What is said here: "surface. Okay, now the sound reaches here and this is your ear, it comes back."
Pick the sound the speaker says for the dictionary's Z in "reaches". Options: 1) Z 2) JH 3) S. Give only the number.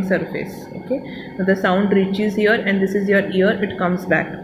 1